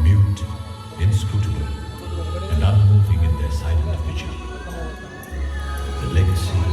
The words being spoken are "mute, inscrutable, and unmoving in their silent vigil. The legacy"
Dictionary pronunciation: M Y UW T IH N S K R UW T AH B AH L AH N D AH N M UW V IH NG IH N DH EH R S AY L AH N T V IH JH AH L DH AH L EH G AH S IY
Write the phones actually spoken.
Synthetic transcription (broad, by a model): M Y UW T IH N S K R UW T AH AH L AH N D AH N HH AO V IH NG IH N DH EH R S AY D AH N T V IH CH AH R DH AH L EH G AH S IY